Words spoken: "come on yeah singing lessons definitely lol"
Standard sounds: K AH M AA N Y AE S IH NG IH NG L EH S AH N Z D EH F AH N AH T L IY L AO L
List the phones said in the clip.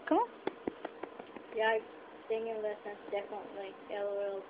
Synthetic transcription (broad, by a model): K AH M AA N Y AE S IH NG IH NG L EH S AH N S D EH F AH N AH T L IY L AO L